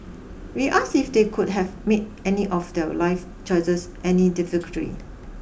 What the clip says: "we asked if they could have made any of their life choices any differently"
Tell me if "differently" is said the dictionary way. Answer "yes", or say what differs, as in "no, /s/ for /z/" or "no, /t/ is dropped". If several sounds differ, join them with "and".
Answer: no, /n/ is dropped and /l/ is dropped